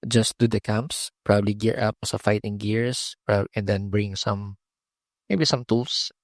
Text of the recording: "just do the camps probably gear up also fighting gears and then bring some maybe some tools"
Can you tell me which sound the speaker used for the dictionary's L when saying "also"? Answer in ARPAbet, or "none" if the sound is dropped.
none